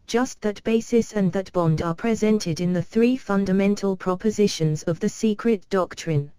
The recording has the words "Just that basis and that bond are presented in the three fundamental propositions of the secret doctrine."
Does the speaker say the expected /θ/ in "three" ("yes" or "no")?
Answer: yes